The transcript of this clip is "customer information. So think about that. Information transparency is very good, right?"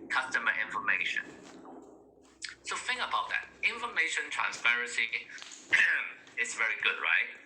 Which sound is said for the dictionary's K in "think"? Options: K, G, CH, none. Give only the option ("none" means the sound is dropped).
none